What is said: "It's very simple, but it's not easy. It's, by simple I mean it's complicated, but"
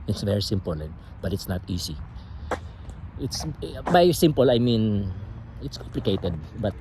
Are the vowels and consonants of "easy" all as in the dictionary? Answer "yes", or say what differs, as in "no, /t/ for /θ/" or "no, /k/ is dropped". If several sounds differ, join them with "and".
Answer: no, /s/ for /z/